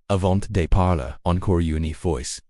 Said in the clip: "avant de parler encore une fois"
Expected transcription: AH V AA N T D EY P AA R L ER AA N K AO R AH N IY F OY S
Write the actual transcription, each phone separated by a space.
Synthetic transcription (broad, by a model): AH V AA N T D EY P AA R L ER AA N K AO R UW N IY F OY S